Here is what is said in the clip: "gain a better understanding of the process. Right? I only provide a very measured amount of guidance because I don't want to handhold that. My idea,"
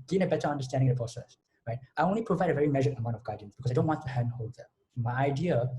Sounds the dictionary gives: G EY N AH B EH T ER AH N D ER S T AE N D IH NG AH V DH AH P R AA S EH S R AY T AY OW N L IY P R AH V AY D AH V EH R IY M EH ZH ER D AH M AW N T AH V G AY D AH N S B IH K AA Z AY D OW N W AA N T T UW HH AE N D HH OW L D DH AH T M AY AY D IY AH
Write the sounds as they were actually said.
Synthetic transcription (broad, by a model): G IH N AH B EH T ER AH N D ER S T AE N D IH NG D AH P R AA S EH S R AY T AY OW N L IY P R AH V AY D AH V EH R IY M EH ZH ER AH M AW N T AH V G AY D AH N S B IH K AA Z AY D OW N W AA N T T UW HH AE N D HH OW L D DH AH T M AY AY D IY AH